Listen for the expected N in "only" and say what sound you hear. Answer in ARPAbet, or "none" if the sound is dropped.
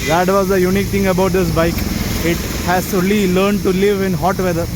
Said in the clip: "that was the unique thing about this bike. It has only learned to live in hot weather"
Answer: none